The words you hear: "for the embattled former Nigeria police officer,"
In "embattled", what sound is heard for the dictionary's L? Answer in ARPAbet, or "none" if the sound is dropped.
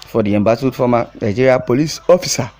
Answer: none